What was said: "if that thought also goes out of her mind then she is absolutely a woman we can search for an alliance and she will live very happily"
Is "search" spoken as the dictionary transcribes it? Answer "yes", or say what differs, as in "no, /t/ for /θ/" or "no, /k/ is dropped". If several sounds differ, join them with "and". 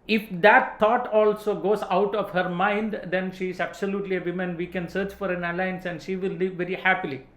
yes